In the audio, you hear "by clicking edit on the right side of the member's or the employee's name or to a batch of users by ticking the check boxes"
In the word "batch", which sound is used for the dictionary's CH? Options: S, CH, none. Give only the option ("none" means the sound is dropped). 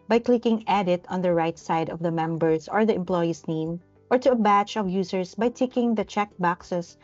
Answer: CH